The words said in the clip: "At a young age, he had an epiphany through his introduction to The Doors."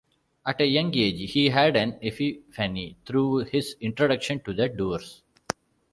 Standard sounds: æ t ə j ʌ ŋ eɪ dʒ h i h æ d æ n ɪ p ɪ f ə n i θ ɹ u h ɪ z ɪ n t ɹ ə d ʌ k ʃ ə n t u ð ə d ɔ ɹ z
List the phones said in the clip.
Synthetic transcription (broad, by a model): æ t ə j ʌ ŋ eɪ dʒ h i h æ d æ n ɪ f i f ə n i t ɹ u h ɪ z ɪ n t ɹ ə d ʌ k ʃ ə n t u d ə d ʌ ɹ s